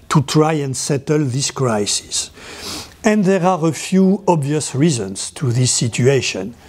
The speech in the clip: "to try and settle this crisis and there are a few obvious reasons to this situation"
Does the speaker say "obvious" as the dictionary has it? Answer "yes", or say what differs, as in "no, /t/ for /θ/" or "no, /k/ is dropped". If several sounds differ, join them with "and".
yes